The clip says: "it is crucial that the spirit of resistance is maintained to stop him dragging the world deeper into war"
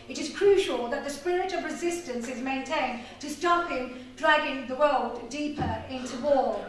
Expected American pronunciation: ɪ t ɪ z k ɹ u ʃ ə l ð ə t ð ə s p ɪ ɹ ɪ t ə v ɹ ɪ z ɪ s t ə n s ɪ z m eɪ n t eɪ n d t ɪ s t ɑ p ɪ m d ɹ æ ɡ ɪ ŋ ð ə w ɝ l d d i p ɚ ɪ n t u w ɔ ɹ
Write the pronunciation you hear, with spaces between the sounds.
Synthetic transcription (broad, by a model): ɪ t ɪ z k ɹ u ʃ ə l ð ə t ð ə s p ɪ ɹ ɪ t ə v ɹ ɪ z ɪ s t ə n s ɪ z m eɪ n t eɪ n t ɪ s t ɑ p ɪ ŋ d ɹ æ ɡ ɪ ŋ ð ə w ɝ l d d i p ɚ ɪ n t u w ɔ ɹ